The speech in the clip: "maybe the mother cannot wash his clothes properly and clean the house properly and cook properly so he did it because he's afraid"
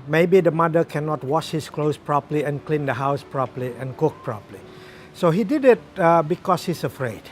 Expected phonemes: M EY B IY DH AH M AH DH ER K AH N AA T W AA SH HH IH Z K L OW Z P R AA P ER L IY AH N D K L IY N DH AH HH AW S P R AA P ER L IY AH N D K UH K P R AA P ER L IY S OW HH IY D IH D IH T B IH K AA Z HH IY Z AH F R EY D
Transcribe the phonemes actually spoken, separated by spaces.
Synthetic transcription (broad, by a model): M EY B IY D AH M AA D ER K AH N AA T W AA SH HH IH S K L OW S P R AA P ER L IY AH N K L IY N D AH HH AW S P R AA P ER L IY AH N K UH K P R AA P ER L IY S OW HH IY D IH D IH T B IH K AA S HH IY S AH F R EY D